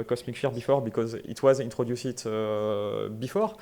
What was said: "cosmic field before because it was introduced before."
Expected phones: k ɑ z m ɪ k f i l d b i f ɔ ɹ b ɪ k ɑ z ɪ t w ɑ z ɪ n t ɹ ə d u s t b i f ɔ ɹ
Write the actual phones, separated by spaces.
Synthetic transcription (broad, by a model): k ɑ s m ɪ k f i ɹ b i f ɔ ɹ b ɪ k ɑ z ɪ t w ɑ z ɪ n t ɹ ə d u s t b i f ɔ ɹ